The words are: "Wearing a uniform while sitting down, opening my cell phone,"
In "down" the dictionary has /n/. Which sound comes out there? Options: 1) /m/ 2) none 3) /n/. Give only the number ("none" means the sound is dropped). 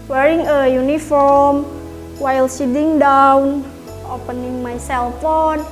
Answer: 3